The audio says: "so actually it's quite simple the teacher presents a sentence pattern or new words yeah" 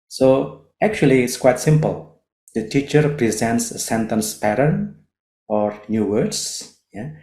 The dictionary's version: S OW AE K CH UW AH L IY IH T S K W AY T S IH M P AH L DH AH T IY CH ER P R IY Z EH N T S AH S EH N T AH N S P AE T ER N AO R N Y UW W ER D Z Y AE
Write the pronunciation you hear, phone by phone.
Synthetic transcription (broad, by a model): S OW AE K CH UW AH L IY IH T S K W AY T S IH M P AH L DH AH T IY CH ER P R IY Z EH N T S AH S EH N T AH N S P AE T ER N AO R N Y UW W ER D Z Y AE